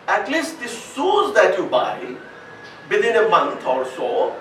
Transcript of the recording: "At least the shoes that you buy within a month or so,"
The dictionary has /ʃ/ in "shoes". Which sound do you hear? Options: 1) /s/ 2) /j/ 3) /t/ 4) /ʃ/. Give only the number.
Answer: 1